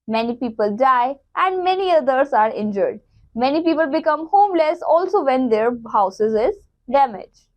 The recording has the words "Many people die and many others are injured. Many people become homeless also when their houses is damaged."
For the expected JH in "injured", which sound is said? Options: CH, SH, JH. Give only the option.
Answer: JH